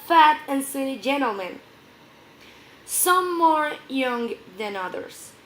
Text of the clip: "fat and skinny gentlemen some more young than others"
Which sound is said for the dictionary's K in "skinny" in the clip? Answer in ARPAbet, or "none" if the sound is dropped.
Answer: none